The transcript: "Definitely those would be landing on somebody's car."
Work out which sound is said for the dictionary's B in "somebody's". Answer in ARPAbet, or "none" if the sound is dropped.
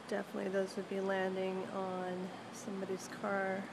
B